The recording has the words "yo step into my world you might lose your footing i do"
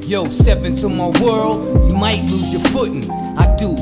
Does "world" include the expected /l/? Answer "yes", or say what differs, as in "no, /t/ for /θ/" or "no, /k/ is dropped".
yes